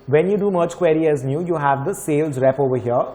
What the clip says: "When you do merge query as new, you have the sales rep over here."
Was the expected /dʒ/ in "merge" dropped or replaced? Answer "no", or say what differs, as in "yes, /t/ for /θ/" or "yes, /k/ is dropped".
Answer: yes, /tʃ/ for /dʒ/